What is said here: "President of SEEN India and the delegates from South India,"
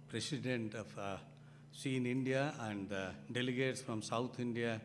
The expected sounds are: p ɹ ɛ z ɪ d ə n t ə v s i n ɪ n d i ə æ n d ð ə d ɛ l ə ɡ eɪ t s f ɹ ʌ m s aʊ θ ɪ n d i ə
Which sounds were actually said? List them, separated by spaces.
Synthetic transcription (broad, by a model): p ɹ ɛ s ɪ d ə n t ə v s i n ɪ n d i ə æ n d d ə d ɛ l ə ɡ eɪ t s f ɹ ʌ m s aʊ t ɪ n d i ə